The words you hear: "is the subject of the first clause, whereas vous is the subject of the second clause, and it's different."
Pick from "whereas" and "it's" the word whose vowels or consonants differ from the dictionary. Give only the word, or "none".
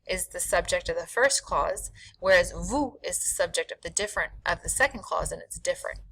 none